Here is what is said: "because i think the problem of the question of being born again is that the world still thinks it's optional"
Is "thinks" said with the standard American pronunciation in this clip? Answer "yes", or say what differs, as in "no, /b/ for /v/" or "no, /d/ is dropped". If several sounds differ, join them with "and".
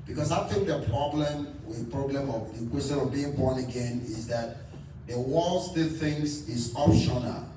no, /k/ is dropped